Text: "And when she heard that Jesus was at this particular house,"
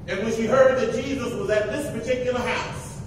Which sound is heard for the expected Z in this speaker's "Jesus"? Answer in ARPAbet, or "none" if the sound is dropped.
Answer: Z